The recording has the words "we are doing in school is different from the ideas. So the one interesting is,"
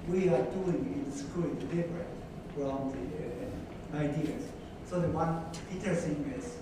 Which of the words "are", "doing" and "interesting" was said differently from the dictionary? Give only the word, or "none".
interesting